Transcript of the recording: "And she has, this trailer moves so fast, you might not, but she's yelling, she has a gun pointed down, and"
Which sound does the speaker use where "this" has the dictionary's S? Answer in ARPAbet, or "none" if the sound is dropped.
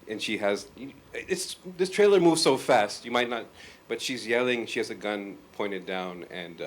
S